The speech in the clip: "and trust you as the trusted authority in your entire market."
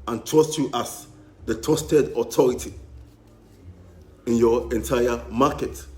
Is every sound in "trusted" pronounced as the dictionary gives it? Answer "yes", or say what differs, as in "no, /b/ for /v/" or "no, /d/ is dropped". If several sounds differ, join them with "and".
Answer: no, /ɹ/ is dropped